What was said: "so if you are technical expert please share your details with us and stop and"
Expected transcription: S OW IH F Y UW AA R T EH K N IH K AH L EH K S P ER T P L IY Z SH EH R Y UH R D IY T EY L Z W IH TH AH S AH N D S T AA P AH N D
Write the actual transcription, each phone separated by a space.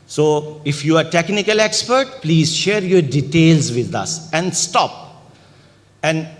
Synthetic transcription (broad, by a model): S OW IH F Y UW AA R T EH K N IH K AH L EH K S P ER T P L IY Z SH EH R Y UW D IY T EY L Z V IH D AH S AH N D S T AA P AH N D